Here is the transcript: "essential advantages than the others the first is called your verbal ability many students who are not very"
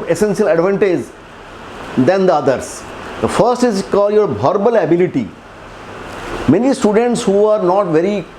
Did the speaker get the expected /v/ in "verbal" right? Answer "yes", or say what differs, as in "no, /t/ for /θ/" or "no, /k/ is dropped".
no, /b/ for /v/